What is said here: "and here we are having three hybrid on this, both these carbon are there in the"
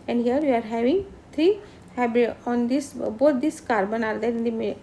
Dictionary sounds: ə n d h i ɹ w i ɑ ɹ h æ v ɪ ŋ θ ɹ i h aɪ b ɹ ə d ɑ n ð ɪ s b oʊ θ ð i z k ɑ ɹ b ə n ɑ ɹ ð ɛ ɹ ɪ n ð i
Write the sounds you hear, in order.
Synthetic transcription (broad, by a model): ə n d h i ɹ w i ɑ ɹ h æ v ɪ ŋ t ɹ i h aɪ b ə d ɑ n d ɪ s b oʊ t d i s k ɑ ɹ b ə n ɑ ɹ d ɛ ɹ ɪ n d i